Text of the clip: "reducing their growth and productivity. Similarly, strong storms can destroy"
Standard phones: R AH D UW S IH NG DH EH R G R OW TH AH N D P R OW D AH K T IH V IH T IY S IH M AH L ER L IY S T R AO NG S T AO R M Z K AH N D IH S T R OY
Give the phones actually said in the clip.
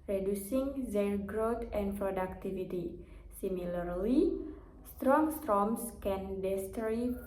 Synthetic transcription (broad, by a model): R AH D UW S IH NG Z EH L G R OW T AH N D P R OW D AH K T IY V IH T IY S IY M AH L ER L IY S T R AO NG S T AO M S K AH N D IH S T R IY